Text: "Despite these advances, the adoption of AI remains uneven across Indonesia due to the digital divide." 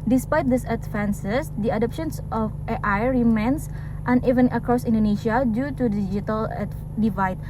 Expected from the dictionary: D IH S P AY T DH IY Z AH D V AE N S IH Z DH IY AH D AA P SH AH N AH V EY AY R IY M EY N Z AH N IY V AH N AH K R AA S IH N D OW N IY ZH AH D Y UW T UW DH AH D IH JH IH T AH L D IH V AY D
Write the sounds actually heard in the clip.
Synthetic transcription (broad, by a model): D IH S P AY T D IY S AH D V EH N S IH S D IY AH D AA P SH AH N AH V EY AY R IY M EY N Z AH N IY V AH N AH K R AA S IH N D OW N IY SH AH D Y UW T UW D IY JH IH T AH L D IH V AY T